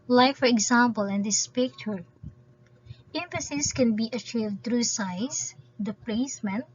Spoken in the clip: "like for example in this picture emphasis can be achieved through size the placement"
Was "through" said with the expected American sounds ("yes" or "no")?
no